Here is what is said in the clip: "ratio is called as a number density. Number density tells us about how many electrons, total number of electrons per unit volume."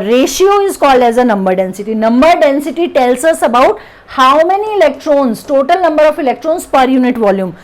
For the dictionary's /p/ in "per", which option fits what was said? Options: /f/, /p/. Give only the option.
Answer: /p/